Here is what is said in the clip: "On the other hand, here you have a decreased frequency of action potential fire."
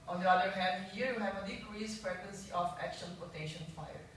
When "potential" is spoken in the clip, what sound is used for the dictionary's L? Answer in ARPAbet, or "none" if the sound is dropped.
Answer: N